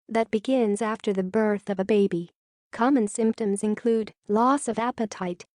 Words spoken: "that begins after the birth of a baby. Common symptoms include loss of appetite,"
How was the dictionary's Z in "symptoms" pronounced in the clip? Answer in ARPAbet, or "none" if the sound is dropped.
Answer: Z